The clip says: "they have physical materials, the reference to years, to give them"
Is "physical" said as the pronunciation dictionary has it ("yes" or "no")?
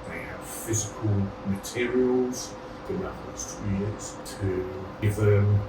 yes